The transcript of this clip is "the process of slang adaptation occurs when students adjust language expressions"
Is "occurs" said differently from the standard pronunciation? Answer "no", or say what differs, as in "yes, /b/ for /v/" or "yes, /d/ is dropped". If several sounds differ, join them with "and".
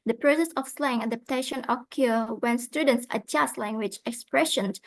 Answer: yes, /z/ is dropped